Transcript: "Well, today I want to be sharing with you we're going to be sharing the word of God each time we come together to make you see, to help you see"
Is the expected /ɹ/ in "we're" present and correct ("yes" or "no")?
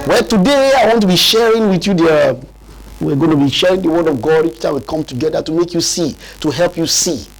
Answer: no